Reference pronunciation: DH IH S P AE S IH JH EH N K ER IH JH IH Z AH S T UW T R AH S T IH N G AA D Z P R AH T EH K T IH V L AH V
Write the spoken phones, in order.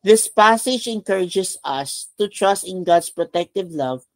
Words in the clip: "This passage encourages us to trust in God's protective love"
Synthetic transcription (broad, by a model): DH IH S P AE S IH JH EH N K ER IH JH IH S AH S T UW T R AH S T IH N G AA D S P R AH T EH K T IH V L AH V